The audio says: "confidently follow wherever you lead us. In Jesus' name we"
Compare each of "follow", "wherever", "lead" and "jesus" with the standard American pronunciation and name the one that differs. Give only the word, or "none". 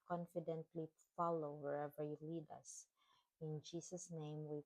jesus